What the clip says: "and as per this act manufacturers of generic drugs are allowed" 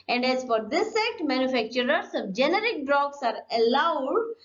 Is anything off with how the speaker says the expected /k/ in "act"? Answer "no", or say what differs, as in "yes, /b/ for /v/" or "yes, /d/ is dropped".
yes, /k/ is dropped